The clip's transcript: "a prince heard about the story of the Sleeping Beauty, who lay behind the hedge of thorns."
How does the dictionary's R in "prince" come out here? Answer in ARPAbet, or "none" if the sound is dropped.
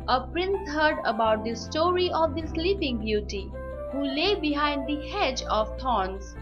R